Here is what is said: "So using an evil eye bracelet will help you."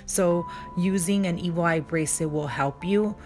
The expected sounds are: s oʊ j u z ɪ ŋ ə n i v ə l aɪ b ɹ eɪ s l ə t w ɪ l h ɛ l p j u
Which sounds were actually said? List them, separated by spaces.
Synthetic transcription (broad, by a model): s oʊ j u z ɪ ŋ ə n i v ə l aɪ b ɹ eɪ s ə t w ɪ l h ɛ l p j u